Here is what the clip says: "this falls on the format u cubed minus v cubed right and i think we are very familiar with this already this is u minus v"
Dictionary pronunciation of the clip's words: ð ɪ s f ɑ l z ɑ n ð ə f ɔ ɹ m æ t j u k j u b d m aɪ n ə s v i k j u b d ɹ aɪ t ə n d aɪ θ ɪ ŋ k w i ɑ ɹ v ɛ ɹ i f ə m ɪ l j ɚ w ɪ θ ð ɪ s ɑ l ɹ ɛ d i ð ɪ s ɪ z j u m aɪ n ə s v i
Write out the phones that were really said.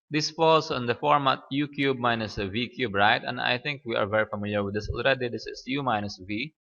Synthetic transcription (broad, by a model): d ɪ s f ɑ l s ɑ n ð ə f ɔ ɹ m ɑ t j u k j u b m aɪ n ə s v i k j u b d ɹ aɪ t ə n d aɪ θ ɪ ŋ k w i ɑ ɹ v ɛ ɹ i f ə m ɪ l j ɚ w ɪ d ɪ s ɑ l ɹ ɛ d i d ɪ s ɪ s j u m aɪ n ə s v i